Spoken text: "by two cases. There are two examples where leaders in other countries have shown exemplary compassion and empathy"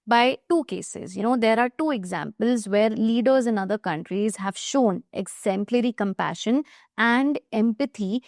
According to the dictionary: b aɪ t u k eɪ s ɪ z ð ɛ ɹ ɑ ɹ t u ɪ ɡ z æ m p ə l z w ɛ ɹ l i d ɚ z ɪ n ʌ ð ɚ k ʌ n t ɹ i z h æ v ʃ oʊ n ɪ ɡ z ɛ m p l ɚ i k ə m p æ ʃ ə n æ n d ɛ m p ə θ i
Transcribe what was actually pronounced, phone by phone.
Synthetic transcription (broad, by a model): b aɪ t u k eɪ s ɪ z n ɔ ɹ ɑ ɹ t u ɪ ɡ z æ m p ə l z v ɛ ɹ l i d ɚ z ɪ n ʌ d ɚ k ʌ n t ɹ i z h æ v ʃ oʊ n ɪ ɡ z ɛ m p l ɚ i k ə m p æ ʃ ə n æ n d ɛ m p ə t i